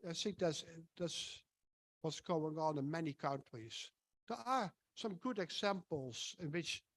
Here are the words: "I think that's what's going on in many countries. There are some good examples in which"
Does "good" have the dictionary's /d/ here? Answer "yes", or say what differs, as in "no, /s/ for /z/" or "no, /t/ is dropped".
yes